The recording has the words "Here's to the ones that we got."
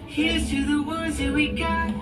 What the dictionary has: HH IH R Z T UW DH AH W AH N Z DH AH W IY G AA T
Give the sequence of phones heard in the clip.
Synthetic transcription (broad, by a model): HH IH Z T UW DH AH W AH Z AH W IY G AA